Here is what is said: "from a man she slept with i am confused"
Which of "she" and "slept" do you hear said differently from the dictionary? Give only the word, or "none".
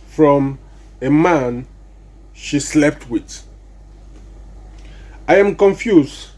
none